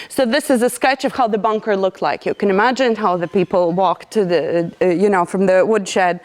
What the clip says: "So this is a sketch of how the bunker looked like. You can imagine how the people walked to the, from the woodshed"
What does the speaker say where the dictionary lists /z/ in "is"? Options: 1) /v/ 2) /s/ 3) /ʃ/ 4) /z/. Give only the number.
4